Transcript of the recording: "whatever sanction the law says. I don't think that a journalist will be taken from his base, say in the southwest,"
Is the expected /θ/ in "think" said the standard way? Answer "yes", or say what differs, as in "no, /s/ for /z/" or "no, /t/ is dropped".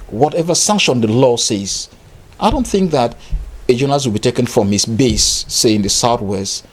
yes